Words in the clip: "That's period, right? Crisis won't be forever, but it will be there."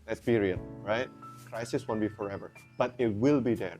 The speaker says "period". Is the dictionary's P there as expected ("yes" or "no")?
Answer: no